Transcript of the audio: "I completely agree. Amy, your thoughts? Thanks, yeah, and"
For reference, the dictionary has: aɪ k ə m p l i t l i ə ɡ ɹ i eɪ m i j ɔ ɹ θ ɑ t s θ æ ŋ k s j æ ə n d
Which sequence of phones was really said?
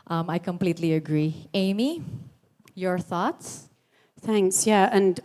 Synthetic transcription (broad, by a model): aɪ k ə m p l i t l i ə ɡ ɹ i eɪ m i j ɔ ɹ θ ɑ t s θ æ ŋ k s j æ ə n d